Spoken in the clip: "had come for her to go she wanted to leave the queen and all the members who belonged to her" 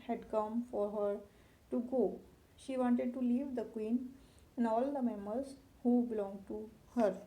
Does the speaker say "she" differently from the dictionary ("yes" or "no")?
no